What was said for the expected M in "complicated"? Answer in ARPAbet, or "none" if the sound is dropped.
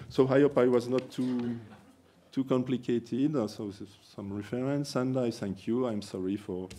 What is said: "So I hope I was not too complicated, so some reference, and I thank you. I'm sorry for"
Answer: M